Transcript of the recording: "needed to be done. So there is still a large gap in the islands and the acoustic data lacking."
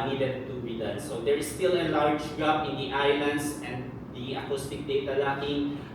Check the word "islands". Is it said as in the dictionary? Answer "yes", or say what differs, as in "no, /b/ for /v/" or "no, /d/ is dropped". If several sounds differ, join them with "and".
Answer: no, /s/ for /z/